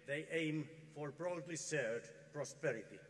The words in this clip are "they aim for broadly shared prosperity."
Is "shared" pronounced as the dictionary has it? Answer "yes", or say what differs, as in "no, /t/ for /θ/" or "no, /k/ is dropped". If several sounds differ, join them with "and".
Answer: no, /s/ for /ʃ/